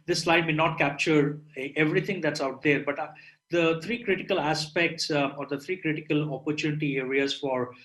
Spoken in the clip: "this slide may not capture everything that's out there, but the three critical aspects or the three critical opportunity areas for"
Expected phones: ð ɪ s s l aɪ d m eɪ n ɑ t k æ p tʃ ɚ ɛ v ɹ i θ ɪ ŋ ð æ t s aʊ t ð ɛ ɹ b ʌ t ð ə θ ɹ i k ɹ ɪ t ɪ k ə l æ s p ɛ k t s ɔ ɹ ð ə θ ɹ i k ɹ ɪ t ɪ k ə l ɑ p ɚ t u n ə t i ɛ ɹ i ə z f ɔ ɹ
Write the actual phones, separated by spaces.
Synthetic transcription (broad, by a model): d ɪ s s l aɪ d m eɪ n ɑ t k æ p tʃ ɚ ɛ v ɹ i t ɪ ŋ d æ t s aʊ t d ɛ ɹ b ʌ t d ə t ɹ i k ɹ ɪ t ɪ k ə l æ s p ɛ k t s ɔ ɹ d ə t ɹ i k ɹ ɪ t ɪ k ə l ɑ p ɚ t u n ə t i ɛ ɹ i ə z f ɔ ɹ